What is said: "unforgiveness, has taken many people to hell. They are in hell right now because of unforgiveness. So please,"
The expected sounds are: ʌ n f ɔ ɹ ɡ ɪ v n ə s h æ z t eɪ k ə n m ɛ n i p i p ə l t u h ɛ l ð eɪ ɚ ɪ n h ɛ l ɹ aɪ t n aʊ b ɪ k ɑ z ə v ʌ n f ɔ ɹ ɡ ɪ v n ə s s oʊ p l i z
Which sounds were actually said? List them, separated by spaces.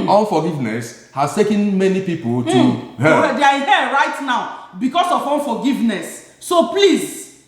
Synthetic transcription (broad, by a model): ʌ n f ɔ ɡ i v n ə s h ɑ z t eɪ k ə n m ɛ n i p i p ə l t u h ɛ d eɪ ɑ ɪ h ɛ ɹ aɪ t n aʊ b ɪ k ɑ s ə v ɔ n f ɔ ɡ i v n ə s s oʊ p l i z